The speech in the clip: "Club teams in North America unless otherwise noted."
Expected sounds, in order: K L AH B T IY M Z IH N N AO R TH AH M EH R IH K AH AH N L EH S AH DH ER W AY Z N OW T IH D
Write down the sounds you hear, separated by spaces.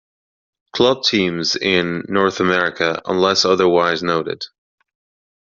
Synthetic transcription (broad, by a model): K L AH B T IY M Z IH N N AO R TH AH M EH R IH K AH AH N L EH S AH DH ER W AY Z N OW T IH D